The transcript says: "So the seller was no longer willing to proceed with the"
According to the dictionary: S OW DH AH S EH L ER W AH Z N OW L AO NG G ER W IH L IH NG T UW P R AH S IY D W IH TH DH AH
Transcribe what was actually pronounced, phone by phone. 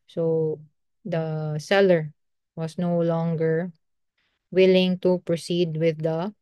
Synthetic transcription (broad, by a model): S OW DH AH S EH L ER W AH S N OW L AO NG G ER W IH L IH NG T UW P R AH S IY D W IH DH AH